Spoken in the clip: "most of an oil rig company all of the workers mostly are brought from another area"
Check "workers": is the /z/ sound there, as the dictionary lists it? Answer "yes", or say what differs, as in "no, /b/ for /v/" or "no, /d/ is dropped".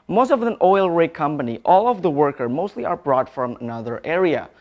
no, /z/ is dropped